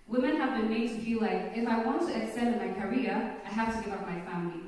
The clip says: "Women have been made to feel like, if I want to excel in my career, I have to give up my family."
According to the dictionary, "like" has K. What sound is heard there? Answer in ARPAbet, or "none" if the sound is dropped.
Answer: K